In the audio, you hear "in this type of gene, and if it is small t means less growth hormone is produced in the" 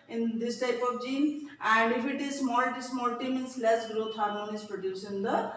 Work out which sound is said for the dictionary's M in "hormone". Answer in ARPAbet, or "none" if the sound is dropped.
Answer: none